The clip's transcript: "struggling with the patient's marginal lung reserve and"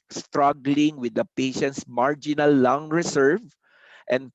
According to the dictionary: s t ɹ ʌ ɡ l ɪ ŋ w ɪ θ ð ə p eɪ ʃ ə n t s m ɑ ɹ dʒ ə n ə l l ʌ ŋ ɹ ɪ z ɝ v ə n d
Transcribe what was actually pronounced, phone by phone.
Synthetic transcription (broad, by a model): s t ɹ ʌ ɡ l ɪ ŋ w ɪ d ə p eɪ ʃ ə n t s m ɑ ɹ dʒ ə n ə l l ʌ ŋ ɹ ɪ s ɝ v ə n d